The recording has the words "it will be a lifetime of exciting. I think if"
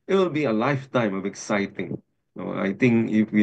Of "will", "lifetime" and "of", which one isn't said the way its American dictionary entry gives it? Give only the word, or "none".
of